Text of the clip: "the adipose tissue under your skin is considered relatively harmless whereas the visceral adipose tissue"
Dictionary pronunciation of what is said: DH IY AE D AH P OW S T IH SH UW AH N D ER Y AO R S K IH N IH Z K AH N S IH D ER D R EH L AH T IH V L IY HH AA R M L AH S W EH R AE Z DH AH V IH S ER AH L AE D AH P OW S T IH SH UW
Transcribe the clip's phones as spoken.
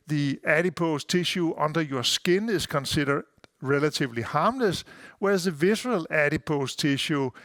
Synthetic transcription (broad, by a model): DH IY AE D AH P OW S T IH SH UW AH N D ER Y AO S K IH N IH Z K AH N S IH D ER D R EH L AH S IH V L IY HH AA M L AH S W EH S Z DH AH V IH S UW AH L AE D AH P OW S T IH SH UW